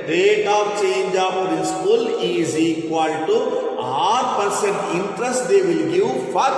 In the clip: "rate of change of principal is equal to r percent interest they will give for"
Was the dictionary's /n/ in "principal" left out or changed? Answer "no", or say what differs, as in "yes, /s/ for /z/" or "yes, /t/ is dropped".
yes, /n/ is dropped